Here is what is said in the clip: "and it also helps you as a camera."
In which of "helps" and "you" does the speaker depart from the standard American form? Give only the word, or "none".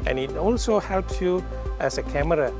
none